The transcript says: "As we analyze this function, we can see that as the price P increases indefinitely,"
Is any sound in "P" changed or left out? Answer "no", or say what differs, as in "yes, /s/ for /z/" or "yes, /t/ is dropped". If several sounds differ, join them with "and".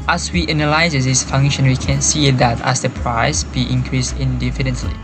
yes, /b/ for /p/